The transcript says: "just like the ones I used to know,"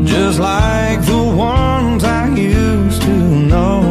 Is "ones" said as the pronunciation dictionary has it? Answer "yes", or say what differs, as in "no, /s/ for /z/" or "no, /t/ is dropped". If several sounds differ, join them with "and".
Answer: yes